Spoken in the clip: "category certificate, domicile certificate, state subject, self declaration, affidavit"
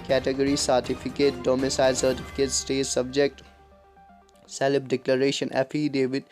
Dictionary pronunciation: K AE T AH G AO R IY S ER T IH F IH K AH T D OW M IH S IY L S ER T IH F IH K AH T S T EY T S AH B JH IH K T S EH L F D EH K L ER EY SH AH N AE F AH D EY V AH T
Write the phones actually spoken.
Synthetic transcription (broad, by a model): K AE T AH G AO R IY S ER T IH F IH K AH T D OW M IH S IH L S ER T IH F IH K AH T S T EY T S AH B JH IH K T S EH L P D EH K L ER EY SH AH N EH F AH D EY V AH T